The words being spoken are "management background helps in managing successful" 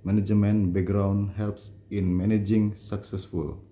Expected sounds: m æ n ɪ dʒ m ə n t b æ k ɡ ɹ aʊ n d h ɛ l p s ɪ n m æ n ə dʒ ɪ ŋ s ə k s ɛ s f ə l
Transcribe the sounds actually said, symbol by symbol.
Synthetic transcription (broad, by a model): m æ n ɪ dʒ m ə n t b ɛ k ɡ ɹ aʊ n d h ɛ l p s ɪ n m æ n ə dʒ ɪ ŋ s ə k s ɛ s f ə l